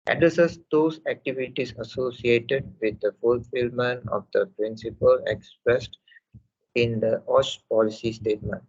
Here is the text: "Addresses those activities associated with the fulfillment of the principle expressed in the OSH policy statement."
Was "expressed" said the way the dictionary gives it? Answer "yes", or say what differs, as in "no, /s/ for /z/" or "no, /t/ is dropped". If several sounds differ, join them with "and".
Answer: yes